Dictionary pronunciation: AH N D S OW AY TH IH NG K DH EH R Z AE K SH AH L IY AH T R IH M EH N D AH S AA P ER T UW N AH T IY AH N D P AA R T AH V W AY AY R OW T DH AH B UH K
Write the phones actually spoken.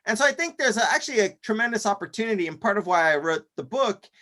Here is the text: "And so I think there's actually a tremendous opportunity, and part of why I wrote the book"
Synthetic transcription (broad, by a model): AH N S OW AY TH IH NG K DH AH R Z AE K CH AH L IY AH T R IH M EH N D AH S AA P ER T UW N AH T IY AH N P AA R T AH V W AY AY R OW T DH AH B UH K